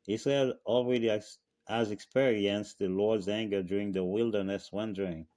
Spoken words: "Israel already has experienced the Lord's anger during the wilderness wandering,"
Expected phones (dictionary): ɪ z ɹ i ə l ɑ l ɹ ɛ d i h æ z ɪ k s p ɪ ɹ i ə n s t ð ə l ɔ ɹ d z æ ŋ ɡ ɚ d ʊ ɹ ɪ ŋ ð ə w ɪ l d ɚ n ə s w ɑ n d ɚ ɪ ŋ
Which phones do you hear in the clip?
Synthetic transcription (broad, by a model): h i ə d ɑ l ɹ ɛ d i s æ z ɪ k s p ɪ ɹ i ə n s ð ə l ɔ ɹ d z æ ŋ ɡ ɚ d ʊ ɹ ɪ ŋ ð ə w ɪ l d ɚ n ə s w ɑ n d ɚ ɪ ŋ